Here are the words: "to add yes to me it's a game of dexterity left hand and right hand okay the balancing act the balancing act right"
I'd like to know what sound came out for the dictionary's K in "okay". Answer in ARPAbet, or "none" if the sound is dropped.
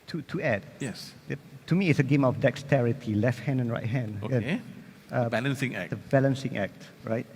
none